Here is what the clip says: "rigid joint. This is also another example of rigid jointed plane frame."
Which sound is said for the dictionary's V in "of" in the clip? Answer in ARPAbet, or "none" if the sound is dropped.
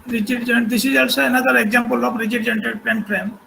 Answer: B